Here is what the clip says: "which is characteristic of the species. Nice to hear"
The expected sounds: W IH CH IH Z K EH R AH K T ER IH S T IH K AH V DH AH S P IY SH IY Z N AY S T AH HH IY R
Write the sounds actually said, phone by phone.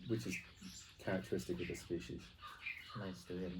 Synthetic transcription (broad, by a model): W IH CH IH Z K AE R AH K T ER IH S T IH K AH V DH AH S P IY SH IY Z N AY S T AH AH